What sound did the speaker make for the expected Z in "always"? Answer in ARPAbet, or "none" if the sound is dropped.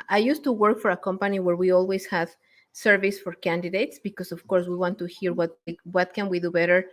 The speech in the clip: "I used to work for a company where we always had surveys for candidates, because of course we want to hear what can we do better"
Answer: S